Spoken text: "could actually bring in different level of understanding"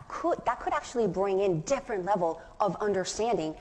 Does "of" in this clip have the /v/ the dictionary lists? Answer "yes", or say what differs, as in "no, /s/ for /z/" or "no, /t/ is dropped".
yes